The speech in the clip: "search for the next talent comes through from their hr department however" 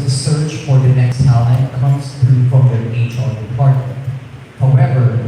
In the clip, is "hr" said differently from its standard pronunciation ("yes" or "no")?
yes